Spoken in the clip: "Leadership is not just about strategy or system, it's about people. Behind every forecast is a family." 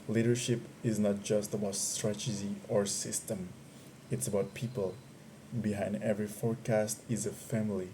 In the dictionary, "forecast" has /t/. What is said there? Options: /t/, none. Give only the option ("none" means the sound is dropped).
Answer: /t/